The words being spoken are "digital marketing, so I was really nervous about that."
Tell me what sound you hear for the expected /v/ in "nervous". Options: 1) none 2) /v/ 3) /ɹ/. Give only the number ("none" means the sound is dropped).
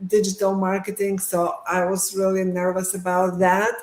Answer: 2